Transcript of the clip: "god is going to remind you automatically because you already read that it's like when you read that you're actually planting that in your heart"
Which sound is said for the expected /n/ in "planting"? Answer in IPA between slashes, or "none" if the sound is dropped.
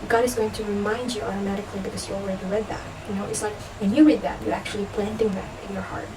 /n/